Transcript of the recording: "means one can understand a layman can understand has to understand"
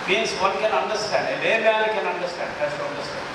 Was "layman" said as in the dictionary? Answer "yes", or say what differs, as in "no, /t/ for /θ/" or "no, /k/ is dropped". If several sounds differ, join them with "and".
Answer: no, /l/ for /n/